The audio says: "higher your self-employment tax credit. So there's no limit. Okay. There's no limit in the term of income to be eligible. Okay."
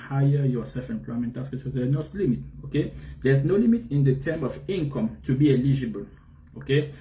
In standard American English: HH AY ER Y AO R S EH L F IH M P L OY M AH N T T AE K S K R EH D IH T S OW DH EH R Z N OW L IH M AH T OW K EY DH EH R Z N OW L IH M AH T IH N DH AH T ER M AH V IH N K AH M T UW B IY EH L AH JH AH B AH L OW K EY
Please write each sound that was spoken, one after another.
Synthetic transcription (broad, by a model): HH AY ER Y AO S EH L F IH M P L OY M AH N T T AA S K EH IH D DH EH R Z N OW L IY M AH T OW K EY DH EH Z N OW L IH M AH T IH N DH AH T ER M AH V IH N K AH M T UW B IY EH L AH JH AH B AH L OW K EY